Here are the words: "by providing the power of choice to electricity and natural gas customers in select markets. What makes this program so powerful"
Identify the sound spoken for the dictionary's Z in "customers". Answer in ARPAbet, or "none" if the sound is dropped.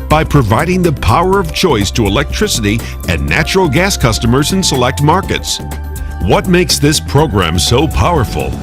Z